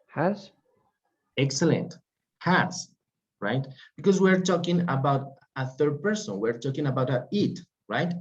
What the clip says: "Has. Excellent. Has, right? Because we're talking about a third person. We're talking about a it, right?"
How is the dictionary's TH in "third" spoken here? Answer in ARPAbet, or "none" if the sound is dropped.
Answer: TH